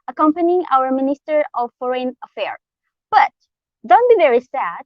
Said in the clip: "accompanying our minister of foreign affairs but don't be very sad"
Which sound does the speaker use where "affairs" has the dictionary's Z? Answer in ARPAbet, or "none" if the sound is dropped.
none